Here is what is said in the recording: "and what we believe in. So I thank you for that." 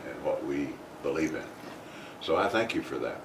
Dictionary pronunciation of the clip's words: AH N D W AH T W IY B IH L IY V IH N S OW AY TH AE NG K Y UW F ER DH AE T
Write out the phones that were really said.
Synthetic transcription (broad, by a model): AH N W AH T W IY B IH L IY V IH N S OW AY TH AE NG K Y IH F ER DH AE T